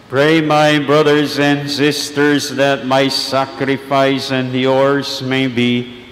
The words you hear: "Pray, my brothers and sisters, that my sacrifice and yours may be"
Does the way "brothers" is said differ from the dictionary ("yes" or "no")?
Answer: no